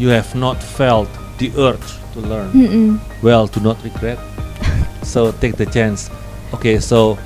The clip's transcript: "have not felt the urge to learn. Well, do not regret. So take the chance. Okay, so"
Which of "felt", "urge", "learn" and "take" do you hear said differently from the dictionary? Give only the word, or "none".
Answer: urge